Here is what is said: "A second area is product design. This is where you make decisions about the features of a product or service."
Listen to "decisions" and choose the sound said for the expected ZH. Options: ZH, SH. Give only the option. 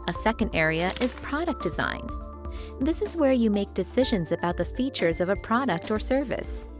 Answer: ZH